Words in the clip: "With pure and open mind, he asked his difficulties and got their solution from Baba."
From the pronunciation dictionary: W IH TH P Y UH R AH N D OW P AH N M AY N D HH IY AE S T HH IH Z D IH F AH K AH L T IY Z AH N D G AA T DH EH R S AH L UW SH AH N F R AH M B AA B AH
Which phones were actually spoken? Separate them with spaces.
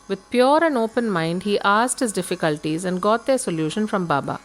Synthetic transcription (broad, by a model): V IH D P Y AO R AH N D OW P AH N M AY N D HH IY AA S T HH IH Z D IH F AH K AH L T IY Z AH N D G AA T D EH R S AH L UW SH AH N F R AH M B AA B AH